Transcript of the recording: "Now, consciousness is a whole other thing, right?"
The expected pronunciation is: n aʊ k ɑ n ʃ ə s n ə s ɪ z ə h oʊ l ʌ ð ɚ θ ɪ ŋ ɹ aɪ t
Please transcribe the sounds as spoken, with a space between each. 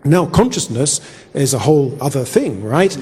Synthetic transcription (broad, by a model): n aʊ k ɑ n ʃ ə s n ə s ɪ z ə h oʊ l ʌ ð ɚ θ ɪ ŋ ɹ aɪ t